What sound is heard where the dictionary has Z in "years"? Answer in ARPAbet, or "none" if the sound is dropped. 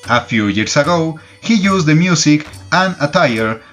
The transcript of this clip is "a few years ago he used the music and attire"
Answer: S